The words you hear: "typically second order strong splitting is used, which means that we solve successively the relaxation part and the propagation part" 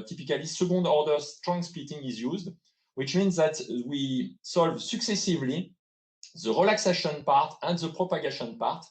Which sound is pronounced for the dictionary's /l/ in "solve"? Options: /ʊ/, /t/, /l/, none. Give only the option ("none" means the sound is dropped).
/l/